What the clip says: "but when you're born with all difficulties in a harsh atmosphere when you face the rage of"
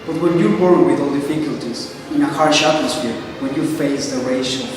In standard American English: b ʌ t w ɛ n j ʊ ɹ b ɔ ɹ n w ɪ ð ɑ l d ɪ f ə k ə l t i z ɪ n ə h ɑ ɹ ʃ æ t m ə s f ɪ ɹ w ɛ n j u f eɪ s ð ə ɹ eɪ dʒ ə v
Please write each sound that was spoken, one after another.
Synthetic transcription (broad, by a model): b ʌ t w ɛ n j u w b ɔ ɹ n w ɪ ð ɑ l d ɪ f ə k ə l t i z ɪ n ə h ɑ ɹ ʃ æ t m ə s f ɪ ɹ w ɛ n j u f eɪ s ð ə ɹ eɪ ʃ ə